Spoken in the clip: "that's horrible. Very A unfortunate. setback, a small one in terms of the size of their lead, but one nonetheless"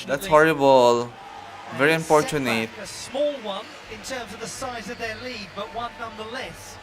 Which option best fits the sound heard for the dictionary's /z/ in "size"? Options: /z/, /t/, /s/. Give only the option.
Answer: /z/